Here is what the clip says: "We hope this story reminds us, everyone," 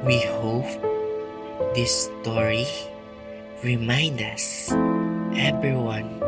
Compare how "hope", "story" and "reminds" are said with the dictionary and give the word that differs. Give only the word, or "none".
reminds